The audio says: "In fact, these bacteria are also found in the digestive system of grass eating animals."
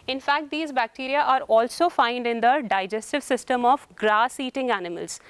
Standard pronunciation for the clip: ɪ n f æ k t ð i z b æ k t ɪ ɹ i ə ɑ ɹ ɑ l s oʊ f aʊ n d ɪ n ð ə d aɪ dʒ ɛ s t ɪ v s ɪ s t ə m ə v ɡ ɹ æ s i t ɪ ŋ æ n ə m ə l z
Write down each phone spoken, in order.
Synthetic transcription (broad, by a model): ɪ n f æ k t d i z b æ k t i ɹ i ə ɑ ɹ ɑ l s oʊ f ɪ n d ɪ n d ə d aɪ dʒ ɛ s t ɪ v s ɪ s t ə m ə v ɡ ɹ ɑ s i t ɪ ŋ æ n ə m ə l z